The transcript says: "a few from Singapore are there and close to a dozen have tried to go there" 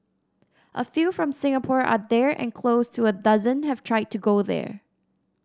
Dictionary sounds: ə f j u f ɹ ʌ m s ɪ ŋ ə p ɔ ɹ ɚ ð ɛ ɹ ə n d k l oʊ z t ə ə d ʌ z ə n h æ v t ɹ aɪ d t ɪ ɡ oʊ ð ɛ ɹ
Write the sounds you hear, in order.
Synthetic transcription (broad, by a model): ə f j u f ɹ ʌ m s ɪ ŋ ə p ɔ ɹ ɚ ð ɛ ɹ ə n k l oʊ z t ə ə d ʌ z ə n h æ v t ɹ aɪ d t ɪ ɡ oʊ ð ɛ ɹ